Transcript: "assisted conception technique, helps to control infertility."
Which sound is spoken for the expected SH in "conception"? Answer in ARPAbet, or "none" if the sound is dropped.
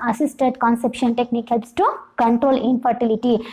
SH